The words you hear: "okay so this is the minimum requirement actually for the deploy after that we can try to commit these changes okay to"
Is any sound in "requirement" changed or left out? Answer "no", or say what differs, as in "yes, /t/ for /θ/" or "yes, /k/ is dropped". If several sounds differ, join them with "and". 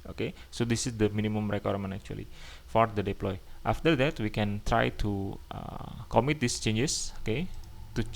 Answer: yes, /t/ is dropped